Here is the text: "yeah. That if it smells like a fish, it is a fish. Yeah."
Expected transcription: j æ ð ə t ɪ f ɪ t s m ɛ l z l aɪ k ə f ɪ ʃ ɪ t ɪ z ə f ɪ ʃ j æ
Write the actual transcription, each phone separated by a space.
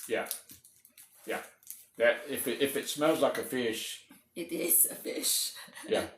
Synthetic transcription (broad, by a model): j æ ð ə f ɪ f ɪ t s m ɛ l z l aɪ k ə f ɪ ʃ ɪ t ɪ z ə f ɪ ʃ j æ